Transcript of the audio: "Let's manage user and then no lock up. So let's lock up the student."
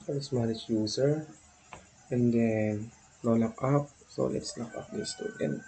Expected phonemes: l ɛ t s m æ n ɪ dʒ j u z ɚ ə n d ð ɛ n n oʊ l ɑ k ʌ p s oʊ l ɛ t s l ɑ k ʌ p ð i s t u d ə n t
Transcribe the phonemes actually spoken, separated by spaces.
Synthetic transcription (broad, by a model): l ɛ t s m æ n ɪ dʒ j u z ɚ ə n d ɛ n l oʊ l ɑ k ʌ p s oʊ l ɛ t s l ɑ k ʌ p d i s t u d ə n